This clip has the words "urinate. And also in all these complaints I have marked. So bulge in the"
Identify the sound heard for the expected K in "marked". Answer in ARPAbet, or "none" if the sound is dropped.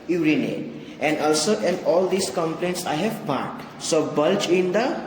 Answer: none